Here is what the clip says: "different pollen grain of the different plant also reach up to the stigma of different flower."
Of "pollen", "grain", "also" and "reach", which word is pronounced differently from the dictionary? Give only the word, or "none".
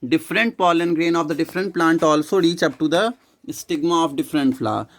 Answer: none